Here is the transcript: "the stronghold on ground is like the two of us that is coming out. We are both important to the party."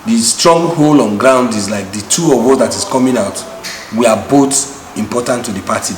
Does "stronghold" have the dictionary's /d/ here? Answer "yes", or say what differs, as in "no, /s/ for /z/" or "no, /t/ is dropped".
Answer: no, /d/ is dropped